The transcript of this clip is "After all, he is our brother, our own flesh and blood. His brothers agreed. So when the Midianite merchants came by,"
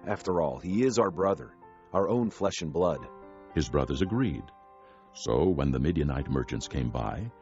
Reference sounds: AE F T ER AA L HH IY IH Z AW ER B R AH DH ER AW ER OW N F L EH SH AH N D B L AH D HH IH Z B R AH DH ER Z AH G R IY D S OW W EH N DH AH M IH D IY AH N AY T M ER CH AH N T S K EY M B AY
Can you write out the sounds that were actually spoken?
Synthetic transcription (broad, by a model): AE F T ER AA L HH IY IH Z AW ER B R AH DH ER AW ER OW N F L EH SH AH N B L AH D HH IH Z B R AH DH ER Z AH G R IY D S OW W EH N DH AH M IH D IY AH N AY T M ER CH AH N T S K EY M B AY